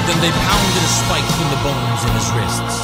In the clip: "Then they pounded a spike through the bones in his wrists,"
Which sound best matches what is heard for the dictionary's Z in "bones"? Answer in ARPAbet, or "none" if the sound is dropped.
Z